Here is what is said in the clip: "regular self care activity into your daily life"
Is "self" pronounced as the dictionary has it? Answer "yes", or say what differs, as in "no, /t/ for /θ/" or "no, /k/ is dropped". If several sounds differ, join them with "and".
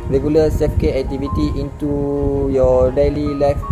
no, /l/ is dropped